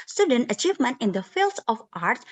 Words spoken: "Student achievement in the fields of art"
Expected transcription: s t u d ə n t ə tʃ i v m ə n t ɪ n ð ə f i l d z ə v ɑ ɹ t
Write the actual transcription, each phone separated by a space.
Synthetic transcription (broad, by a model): s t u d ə n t ə tʃ i v m ə n t ɪ n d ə f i l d s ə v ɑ ɹ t